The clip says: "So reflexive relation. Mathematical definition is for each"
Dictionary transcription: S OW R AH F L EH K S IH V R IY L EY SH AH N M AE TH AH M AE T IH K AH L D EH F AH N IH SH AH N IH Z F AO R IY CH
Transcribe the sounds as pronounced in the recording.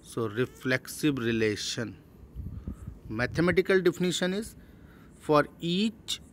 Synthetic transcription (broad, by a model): S OW R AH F L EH K S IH B R IY L EY SH AH N M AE T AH M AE T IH K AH L D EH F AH N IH SH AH N IH Z F AO R IY CH